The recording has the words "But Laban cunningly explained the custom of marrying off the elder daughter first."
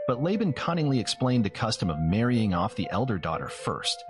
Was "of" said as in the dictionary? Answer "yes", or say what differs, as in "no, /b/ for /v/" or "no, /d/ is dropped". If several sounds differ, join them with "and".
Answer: yes